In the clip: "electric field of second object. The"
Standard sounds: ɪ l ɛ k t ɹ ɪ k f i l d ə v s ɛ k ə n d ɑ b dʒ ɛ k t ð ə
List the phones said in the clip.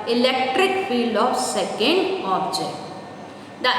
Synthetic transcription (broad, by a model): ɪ l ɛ k t ɹ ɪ k f i l d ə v s ɛ k ə n d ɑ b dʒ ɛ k t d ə